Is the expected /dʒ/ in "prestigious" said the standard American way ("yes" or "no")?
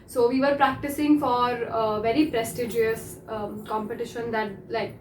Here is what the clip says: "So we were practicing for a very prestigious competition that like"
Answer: yes